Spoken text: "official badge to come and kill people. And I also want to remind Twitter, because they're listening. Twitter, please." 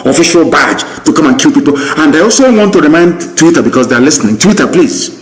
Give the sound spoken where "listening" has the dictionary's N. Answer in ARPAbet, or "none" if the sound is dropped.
N